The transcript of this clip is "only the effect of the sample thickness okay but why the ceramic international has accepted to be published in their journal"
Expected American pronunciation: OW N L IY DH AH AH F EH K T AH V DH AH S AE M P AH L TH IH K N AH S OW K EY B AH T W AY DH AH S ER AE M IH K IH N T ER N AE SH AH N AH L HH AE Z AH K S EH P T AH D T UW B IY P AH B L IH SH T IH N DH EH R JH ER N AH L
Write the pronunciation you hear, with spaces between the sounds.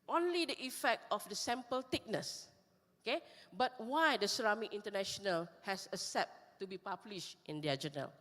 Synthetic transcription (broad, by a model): OW N L IY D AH AH F EH K T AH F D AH S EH M P AH L T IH K N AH S OW K EY B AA T W AY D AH S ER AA M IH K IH N T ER N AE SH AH N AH L HH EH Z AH S T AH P T UW B IY P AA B L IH SH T IH N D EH JH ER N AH L